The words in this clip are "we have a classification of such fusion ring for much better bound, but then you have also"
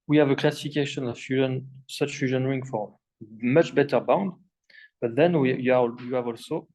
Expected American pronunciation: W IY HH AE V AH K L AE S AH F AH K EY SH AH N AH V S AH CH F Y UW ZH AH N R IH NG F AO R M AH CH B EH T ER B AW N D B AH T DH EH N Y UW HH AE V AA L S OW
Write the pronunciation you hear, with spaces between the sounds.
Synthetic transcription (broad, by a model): W IY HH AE V AH K L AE S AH F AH K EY SH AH N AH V S AH CH F Y UW ZH AH N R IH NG F AO R M AH CH B EH T ER B AW N D B AH T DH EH N Y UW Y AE V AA L S OW